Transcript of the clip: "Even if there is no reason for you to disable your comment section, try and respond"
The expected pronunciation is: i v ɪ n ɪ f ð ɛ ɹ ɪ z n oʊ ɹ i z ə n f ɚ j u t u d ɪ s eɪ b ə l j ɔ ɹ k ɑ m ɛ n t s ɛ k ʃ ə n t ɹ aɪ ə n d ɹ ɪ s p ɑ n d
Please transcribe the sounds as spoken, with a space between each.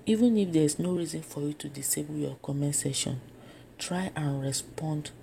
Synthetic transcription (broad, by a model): i v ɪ n ɪ f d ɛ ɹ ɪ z n oʊ ɹ i z ə n f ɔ j u t u d ɪ s eɪ b ə l j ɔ k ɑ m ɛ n s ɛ ʃ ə n t ɹ aɪ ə n ɹ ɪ s p ɑ n d